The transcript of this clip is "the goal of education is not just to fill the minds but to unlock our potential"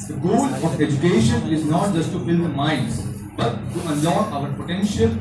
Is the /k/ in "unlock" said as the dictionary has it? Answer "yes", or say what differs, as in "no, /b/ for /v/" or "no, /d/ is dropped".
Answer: no, /k/ is dropped